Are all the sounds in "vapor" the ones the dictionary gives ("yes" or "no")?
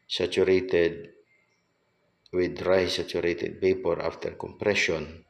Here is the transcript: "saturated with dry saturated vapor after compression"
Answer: no